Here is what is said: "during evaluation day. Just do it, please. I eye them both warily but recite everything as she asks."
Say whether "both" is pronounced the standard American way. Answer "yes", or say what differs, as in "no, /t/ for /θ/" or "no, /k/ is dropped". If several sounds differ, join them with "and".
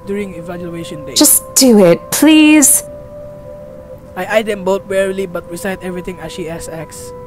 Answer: no, /t/ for /θ/